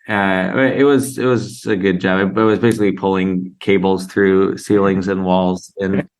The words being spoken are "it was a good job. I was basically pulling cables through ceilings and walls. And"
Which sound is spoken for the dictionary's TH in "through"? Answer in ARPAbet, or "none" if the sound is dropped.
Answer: TH